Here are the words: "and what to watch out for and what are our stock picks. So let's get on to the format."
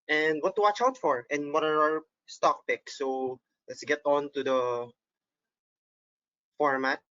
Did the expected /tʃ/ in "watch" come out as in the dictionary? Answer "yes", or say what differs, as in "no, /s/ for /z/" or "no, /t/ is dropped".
yes